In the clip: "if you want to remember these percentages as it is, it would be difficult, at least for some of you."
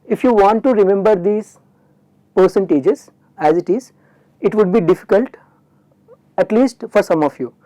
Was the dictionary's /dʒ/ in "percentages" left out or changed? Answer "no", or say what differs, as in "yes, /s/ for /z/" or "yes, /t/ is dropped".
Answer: no